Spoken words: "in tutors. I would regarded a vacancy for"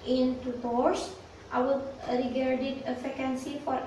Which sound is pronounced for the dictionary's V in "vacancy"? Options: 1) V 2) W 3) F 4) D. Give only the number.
3